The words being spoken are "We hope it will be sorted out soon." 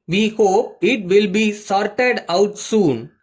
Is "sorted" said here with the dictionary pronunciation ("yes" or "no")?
yes